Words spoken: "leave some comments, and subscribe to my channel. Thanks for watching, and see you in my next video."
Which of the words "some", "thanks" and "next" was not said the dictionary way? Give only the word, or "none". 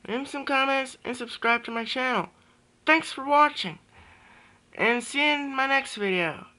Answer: none